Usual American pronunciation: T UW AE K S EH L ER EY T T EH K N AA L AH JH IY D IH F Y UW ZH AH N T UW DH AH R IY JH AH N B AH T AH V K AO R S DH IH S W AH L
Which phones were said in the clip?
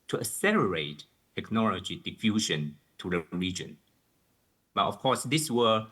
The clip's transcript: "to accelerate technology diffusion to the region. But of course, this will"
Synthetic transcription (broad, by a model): T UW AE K S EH L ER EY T T EH K N AA L AH JH IY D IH F Y UW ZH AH N T UW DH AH R IY JH AH N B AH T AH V K AO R S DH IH S W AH